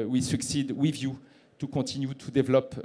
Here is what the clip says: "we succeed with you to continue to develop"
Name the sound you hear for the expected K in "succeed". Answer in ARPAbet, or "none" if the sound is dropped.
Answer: K